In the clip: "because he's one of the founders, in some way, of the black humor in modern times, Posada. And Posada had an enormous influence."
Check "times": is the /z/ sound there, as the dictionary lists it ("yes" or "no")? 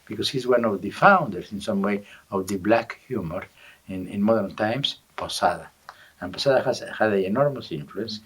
no